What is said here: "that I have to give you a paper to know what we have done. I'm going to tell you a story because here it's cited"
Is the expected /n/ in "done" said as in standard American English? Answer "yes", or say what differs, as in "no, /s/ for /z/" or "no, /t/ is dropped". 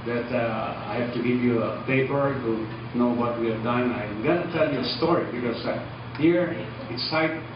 yes